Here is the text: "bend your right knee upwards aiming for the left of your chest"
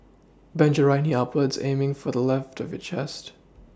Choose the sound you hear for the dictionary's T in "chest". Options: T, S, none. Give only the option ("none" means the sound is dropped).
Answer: T